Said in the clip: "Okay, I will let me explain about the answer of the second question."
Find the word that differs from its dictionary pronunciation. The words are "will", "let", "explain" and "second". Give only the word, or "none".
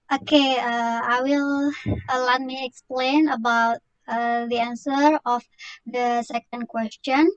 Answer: none